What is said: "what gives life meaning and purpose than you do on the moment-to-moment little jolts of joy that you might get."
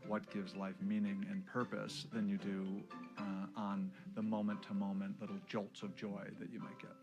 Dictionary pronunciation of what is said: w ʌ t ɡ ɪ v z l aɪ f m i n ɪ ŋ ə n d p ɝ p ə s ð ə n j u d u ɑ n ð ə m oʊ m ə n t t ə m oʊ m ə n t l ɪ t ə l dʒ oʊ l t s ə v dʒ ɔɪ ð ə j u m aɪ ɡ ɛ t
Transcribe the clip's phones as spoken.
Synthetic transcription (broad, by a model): w ʌ t ɡ ɪ v z l aɪ f m i n ɪ ŋ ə n p ɝ p ə s ð ə n j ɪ d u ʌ n ð ə m oʊ m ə n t t ə m oʊ m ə n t l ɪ t l dʒ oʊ l t s ə v dʒ ɔɪ ð ə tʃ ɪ m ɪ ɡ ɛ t